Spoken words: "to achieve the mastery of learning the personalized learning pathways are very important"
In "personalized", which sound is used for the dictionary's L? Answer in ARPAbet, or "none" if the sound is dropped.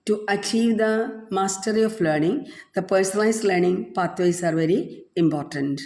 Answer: none